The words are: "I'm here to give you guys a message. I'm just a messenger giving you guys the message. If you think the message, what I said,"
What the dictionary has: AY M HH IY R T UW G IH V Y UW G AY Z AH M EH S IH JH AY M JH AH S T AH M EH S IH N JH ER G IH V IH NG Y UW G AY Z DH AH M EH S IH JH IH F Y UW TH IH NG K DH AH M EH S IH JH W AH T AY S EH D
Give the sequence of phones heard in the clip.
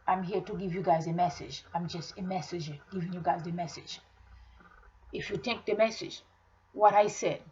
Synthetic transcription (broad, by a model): AY M HH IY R T UW G IH V Y UW G AY Z AH M EH S IH JH AY M JH AH S T AH M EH S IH JH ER G IH V IH NG Y UW G AY Z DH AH M EH S IH JH IH F Y UW T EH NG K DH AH M EH S IH JH W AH T AY S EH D